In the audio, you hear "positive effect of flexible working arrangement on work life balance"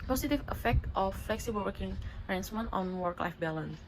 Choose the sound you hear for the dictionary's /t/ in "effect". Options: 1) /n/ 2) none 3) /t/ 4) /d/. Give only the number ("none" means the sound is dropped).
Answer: 3